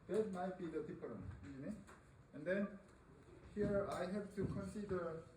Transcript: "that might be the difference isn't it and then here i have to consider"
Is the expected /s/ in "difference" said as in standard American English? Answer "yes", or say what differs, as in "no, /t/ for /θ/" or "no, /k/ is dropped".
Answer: no, /s/ is dropped